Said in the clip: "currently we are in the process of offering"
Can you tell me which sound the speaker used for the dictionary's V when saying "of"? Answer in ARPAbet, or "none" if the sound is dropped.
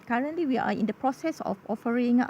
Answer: F